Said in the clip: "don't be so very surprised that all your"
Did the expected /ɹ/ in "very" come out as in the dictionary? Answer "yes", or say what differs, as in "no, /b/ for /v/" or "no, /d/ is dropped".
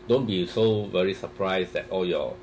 yes